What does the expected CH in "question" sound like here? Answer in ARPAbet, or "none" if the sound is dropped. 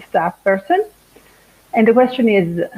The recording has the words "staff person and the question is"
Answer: CH